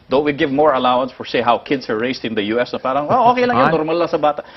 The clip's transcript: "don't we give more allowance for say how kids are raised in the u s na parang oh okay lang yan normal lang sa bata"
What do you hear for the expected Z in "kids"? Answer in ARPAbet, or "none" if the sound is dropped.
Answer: S